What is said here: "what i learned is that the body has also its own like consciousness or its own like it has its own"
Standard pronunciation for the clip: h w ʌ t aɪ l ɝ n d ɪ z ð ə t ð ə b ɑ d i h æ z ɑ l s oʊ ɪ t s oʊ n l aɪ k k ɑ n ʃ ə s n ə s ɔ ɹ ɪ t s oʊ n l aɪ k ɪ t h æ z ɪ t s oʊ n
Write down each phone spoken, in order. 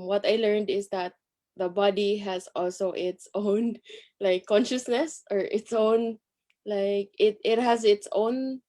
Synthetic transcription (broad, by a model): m w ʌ t aɪ l ɝ n d ɪ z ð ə t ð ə b ɑ d i h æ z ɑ l s oʊ ɪ t s oʊ n l aɪ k k ɑ n ʃ ə s n ə s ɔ ɹ ɪ t s oʊ n l aɪ k ɪ t h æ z ɪ t s oʊ n